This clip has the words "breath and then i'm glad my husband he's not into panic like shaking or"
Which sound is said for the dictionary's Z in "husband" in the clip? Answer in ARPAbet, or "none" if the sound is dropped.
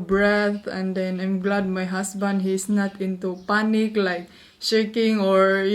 S